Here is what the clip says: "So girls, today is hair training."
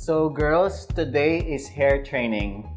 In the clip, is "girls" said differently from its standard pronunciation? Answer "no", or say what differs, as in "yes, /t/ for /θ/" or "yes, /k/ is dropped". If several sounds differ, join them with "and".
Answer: yes, /s/ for /z/